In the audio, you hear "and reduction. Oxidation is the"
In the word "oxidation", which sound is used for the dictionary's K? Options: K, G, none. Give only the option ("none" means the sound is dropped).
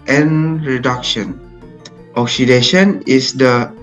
K